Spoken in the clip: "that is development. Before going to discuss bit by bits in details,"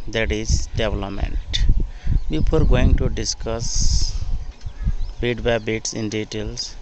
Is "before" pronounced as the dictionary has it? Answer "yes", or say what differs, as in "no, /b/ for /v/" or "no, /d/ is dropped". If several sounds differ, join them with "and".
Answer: no, /p/ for /f/